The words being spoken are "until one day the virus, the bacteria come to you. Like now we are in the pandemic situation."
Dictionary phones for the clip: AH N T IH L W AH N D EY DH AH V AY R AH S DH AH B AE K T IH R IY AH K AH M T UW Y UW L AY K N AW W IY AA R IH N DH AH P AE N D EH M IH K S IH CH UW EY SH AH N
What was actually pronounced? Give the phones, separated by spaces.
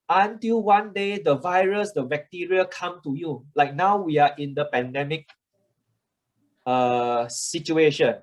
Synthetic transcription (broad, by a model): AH N T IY L W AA N D EY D AH V AY R AH S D AH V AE K T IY R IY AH K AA M T UW Y UW L AY K N AW W IY AA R IH N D AH P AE N D EH M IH K S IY CH UW EY SH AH N